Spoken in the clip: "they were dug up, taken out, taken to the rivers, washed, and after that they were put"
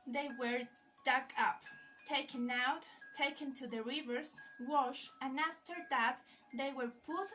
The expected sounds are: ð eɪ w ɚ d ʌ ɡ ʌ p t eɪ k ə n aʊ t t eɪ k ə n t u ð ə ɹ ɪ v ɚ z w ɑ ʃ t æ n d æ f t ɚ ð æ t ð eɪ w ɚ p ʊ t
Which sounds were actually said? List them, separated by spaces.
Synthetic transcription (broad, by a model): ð eɪ w ɚ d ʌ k ʌ p t eɪ k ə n aʊ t t eɪ k ə n t u ð ə ɹ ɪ v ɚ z w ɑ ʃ æ n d æ f t ɚ ð æ t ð eɪ w ɚ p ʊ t